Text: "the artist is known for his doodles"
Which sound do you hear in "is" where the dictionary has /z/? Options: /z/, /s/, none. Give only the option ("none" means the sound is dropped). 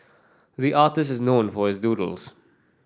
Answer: /z/